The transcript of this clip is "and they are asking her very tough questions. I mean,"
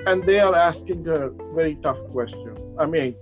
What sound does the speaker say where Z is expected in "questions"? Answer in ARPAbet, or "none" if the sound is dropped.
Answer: none